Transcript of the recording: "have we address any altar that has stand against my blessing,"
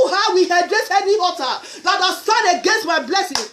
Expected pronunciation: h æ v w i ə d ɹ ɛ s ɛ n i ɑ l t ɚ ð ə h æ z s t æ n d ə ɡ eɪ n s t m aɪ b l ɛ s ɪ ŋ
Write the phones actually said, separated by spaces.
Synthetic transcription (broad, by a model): h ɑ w i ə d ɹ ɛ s ɛ n i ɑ t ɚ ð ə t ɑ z s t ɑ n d ə ɡ eɪ n s t m aɪ b l ɛ s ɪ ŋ